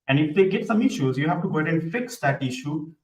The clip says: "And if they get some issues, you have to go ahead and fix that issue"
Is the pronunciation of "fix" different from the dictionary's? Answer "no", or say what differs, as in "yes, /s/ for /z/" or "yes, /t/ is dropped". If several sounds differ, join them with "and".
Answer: no